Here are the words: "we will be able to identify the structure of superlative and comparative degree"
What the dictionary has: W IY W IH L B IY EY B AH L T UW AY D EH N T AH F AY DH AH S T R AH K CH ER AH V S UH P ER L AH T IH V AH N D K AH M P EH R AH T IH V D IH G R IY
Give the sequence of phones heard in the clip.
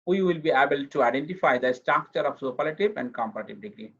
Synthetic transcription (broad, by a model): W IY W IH L B IY EY B AH L T UW AY D EH N T AH F AY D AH S T R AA K CH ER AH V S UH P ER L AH T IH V AH N D K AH M P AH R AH T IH B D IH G R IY